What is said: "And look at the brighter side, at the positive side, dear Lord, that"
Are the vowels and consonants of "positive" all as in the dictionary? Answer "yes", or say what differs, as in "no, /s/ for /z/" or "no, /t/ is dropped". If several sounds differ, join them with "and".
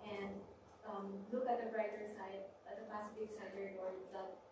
no, /s/ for /z/